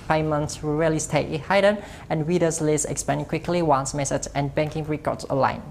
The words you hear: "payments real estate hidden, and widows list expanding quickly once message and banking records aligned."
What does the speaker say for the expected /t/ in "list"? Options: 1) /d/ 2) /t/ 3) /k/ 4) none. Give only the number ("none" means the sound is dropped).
4